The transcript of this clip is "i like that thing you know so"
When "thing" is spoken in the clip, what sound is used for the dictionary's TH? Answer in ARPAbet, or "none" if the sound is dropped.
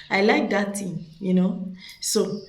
T